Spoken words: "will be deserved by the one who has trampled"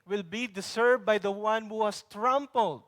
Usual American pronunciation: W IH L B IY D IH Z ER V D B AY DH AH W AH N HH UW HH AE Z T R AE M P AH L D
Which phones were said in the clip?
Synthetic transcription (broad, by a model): W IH L B IY D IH S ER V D B AY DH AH W AH N HH UW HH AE S T R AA M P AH L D